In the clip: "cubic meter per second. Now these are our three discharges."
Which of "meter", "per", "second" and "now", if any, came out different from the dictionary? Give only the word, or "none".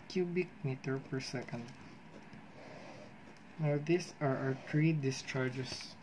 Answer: none